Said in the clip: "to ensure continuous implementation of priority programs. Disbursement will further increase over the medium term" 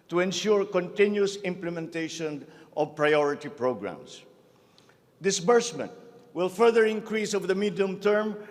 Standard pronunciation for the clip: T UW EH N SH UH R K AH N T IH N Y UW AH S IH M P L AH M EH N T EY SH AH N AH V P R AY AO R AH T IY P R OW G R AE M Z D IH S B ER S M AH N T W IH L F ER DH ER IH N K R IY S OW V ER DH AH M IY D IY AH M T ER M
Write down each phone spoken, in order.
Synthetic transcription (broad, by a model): T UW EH N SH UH R K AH N T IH N Y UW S IH M P L AH M EH N T EY SH AH N AH V P R AY AO R AH T IY P R OW G R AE M S D IH S B ER S M AH N T W IH L F ER DH ER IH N K R IY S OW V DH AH M IY D IY AH M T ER M